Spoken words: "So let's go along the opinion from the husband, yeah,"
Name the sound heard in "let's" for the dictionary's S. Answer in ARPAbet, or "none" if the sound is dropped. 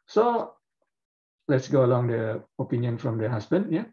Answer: S